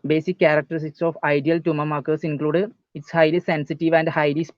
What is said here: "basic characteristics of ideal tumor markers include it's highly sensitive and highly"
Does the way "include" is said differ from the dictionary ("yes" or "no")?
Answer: no